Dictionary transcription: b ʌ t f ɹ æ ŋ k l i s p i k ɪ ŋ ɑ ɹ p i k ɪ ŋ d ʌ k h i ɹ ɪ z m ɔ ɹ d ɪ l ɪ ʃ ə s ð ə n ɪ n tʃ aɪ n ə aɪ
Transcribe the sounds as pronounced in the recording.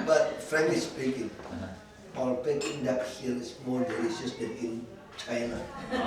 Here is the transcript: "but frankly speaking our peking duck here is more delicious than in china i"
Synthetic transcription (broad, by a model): b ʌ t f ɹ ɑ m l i s p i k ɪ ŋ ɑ l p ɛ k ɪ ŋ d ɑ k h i l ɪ s m ɔ ɹ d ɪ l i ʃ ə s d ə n ɪ n tʃ aɪ n ə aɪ